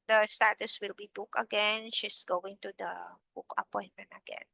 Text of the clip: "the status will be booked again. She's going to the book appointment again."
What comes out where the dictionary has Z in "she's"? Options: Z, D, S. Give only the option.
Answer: S